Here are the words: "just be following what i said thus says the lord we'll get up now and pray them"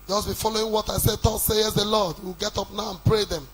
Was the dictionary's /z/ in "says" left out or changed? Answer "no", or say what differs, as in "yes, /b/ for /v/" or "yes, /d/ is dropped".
yes, /s/ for /z/